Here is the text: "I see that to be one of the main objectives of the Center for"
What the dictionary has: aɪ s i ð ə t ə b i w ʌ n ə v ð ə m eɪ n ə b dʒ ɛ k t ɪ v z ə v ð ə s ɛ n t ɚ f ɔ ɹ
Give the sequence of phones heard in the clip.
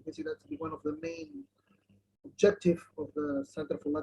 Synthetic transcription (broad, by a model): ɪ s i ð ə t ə b i w ʌ n ə v ð ə m eɪ n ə b dʒ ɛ k t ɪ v ə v ð ə s ɛ n t ɚ f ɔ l